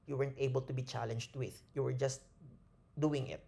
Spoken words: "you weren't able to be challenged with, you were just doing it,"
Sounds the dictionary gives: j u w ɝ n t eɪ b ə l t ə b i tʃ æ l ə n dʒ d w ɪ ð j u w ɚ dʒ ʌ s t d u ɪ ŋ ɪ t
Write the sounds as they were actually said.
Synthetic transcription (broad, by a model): j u w ɝ n t eɪ b ə l t ə b i tʃ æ l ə n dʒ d w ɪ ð j u w ɚ dʒ ʌ s t d u ɪ ŋ ɪ t